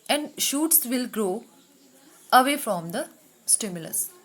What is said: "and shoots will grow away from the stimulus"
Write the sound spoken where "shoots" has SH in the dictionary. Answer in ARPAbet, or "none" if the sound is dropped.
SH